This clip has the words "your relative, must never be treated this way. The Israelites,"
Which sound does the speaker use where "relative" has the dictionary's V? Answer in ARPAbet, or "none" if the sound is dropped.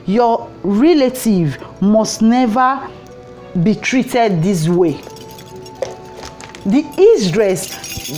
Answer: V